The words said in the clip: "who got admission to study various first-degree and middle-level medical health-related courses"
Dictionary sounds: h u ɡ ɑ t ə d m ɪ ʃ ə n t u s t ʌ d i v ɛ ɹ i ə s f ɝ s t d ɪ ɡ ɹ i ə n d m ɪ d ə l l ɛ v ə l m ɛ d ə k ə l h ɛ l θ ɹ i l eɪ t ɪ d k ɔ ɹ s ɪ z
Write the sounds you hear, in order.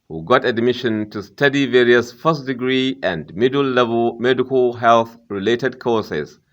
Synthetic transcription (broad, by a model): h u ɡ ɑ t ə d m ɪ ʃ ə n t u s t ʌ d i v ɛ ɹ i ə s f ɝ s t d ɪ ɡ ɹ i ə n d m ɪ d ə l l ɛ v ə l m ɛ d ə k ə l h ɛ l θ ɹ i l eɪ t ɪ d k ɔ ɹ s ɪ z